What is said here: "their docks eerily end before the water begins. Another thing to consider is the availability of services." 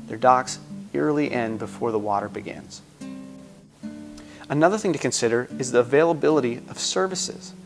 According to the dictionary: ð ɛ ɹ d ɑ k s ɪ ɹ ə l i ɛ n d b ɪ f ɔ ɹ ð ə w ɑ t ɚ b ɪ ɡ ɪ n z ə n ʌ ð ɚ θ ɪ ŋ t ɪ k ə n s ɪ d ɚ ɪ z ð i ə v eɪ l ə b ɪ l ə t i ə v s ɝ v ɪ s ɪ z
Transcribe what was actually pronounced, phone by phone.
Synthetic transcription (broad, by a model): ð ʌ ɹ d ɑ k s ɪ ɹ l i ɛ n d b ɪ f ɔ ɹ ð ə w ɑ t ɚ b ɪ ɡ ɪ n z ə n ʌ ð ɚ θ ɪ ŋ t ɪ k ə n s ɪ d ɚ ɪ z ð i ə v eɪ l ə b ɪ l ə t i ə v s ɝ v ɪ s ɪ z